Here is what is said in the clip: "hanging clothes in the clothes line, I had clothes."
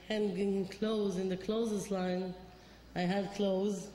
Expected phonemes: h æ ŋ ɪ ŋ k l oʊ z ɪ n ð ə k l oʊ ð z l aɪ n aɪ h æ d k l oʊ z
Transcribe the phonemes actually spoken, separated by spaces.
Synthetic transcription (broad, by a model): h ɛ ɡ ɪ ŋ k l oʊ z ɪ n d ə k l oʊ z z l aɪ n aɪ h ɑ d k l oʊ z